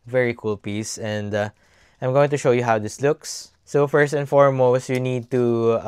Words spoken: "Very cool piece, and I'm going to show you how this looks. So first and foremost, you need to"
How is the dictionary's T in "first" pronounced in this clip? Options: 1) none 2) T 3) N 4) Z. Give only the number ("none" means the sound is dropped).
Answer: 2